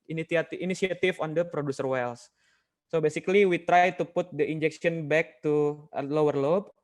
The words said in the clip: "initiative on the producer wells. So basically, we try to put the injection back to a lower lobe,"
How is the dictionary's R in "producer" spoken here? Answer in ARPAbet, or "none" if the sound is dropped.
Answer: R